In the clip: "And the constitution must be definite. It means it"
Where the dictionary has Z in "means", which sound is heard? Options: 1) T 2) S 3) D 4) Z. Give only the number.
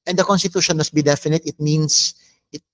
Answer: 2